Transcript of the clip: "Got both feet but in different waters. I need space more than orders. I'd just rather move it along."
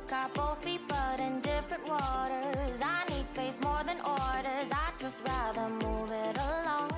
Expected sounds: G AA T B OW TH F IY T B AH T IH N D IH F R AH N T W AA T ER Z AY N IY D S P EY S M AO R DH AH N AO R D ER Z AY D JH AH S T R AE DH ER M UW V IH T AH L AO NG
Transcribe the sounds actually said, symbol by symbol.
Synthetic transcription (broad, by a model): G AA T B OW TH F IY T B AH T IH N D IH F R AH N T W AA T ER Z AY N IY D S P EY S M AO R DH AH N AO R D ER Z AY JH AH S T R AE DH ER M UW V IH T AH L AO NG